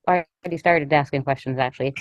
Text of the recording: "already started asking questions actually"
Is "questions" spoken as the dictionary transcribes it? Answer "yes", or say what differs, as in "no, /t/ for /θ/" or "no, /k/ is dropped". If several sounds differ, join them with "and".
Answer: yes